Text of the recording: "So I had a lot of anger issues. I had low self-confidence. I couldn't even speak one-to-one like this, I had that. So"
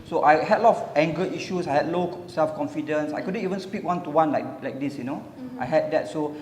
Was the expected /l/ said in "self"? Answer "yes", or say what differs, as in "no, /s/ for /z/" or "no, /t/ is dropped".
yes